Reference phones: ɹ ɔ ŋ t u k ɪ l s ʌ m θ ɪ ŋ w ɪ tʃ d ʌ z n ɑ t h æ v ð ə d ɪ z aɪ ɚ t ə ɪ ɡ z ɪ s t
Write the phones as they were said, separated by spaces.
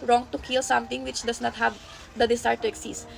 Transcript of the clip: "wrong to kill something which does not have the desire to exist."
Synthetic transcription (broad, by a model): ɹ ɔ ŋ t u k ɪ l s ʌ m t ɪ ŋ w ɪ tʃ d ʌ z n ɑ t h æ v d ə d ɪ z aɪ t ə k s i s